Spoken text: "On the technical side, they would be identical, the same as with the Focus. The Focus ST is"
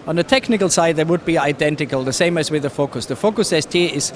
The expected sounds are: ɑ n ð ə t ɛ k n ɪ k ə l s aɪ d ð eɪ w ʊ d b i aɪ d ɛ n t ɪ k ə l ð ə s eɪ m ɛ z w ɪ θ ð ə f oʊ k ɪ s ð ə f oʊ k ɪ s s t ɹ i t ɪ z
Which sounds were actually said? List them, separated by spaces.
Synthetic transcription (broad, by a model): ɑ n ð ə t ɛ k n ɪ k ə l s aɪ d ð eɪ w ʊ d b i aɪ d ɛ n t ɪ k ə l ð ə s eɪ m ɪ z w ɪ ð ə f oʊ k ɪ s ð ə f oʊ k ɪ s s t i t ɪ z